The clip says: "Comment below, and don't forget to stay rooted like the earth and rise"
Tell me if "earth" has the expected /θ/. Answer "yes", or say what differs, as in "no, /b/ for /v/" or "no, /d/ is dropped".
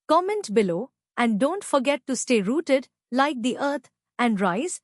no, /t/ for /θ/